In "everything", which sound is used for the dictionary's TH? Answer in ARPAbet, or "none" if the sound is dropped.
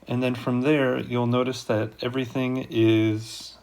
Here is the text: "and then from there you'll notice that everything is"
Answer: TH